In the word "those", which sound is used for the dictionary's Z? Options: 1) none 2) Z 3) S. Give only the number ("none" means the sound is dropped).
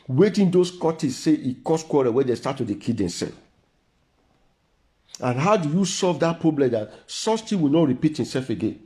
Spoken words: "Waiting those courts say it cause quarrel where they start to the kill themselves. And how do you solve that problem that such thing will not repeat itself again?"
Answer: 3